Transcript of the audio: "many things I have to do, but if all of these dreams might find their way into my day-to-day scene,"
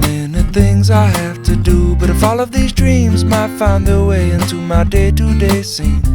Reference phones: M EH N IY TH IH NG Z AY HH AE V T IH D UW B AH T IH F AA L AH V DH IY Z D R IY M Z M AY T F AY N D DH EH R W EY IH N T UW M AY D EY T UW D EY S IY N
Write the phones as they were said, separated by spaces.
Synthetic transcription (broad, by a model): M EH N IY TH IH NG Z AY HH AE F T IH D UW B AH T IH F AA L AH V DH IY Z D R IY M Z M AY T F AY N DH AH R W EY IH N T UW M AY D EY T UW D EY S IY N